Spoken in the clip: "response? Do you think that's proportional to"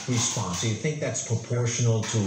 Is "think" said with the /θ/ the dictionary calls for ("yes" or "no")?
yes